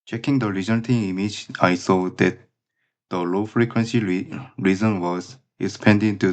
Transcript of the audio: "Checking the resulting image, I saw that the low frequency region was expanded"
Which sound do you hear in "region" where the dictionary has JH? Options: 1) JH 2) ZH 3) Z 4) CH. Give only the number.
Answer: 3